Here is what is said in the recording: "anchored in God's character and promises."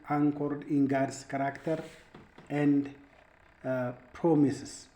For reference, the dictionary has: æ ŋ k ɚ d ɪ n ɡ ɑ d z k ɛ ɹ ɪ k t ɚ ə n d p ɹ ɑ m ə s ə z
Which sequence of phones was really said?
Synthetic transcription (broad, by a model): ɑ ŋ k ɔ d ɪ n ɡ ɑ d s k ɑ ɹ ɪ k t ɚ ə n d p ɹ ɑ m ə s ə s